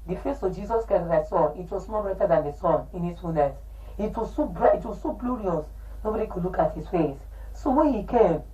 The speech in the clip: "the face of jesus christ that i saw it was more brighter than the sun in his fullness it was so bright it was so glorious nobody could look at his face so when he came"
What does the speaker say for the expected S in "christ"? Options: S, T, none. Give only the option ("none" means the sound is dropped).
none